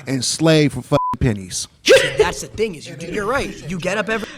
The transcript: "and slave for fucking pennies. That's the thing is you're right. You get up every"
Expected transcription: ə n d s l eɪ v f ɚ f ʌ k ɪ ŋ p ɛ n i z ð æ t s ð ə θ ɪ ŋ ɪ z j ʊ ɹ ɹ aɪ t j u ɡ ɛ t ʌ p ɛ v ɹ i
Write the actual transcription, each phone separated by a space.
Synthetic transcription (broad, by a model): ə n s l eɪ f ɚ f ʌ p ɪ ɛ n i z ð æ t s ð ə θ ɪ ŋ ɪ z j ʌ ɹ ɹ aɪ t j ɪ ɡ ɛ t ʌ p ɛ v ɹ